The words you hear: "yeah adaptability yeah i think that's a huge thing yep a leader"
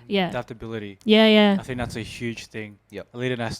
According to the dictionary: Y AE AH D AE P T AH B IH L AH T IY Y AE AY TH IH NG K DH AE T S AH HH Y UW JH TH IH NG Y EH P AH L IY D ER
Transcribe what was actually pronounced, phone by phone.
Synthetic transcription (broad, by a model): Y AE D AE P T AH B IH L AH T IY Y AE AY TH IH NG K DH AE T S AH HH Y UW JH TH IH NG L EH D AH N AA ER